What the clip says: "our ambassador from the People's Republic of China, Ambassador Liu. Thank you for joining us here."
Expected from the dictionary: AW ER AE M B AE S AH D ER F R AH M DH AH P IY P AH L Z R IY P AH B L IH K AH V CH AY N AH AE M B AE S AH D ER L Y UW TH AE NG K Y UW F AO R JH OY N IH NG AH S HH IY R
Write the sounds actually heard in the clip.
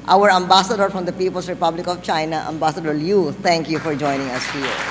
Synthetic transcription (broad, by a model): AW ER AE M B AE S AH D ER F R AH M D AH P IY P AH L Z R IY P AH B L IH K AH V CH AY N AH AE M B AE S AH D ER L Y UW T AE NG K Y UW F AO R JH OY N IH NG AH S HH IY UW